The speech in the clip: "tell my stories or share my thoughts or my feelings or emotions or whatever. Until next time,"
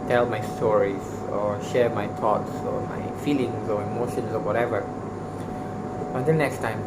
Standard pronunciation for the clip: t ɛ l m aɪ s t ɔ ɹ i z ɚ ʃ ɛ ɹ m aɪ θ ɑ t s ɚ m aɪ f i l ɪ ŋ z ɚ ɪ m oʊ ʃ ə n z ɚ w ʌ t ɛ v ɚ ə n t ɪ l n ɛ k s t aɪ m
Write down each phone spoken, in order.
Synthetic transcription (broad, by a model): t ɛ l m aɪ s t ɔ ɹ i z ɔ ʃ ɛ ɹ m aɪ t ɑ t s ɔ m aɪ f i l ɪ ŋ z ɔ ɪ m oʊ ʃ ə n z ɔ w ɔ t ɛ v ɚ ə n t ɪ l n ɛ k s t aɪ m